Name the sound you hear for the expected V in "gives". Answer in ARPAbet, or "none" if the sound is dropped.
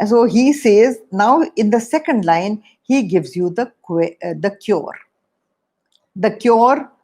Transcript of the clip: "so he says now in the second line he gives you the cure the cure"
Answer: V